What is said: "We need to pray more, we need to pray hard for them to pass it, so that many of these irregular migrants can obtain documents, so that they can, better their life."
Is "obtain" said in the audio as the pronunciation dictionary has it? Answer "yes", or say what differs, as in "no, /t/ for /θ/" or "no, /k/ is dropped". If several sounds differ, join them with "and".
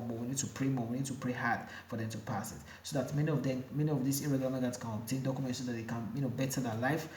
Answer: no, /b/ is dropped